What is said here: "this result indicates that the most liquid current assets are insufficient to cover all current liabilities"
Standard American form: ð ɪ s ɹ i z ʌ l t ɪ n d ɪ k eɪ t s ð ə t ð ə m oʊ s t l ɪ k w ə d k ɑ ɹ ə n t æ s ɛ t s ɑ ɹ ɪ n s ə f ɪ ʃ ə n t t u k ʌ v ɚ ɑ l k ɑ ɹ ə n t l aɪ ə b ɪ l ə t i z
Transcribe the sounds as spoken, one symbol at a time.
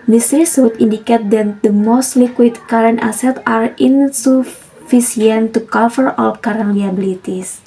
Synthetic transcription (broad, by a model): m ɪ s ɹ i s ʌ t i n d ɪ k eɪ t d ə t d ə m oʊ s t l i k w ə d k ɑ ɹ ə n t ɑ s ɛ t ɑ ɹ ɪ n s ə f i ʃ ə n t t u k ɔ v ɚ ɑ l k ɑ ɹ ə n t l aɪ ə b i l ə t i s